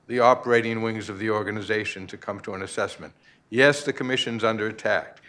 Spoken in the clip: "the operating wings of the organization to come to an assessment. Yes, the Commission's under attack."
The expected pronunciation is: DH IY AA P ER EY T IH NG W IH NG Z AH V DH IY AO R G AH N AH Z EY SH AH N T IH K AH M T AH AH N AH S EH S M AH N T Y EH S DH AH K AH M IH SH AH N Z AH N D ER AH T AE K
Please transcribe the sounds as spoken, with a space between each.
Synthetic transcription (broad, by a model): DH IY AA P ER EY T IH NG W IH NG Z AH V DH IY AO R G AH N AH Z EY SH AH N T IH K AH M T AH AH N AH S EH S M AH N T Y EH S DH AH K AH M IH SH AH N Z AH N D ER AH T AE K